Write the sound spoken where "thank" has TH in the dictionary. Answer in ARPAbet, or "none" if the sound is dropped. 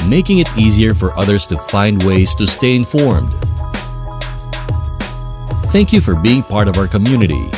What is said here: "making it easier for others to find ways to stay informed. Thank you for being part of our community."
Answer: TH